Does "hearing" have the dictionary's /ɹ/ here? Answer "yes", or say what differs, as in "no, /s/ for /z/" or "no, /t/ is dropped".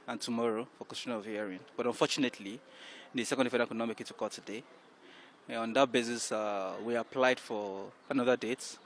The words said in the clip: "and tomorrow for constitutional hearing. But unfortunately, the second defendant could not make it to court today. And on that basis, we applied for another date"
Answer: no, /ɹ/ is dropped